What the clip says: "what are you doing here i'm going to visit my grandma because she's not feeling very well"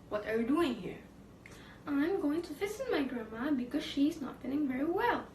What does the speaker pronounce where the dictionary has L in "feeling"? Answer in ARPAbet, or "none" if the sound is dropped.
N